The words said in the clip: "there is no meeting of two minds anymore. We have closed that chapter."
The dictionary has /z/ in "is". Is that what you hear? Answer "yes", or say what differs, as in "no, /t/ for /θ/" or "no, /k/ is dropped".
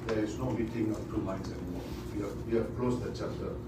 no, /s/ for /z/